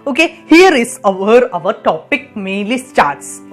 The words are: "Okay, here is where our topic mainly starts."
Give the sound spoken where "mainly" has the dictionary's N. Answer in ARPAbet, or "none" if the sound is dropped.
none